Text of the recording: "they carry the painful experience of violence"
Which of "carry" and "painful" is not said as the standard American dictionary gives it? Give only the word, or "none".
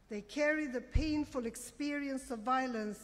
none